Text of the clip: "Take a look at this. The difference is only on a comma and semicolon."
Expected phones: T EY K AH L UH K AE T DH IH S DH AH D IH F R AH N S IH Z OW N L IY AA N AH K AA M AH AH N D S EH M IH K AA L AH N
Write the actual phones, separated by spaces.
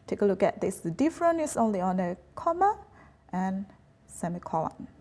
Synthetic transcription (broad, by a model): T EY K AH L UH K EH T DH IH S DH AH D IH F R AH N IH S OW N L IY AA N AH K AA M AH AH N S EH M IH K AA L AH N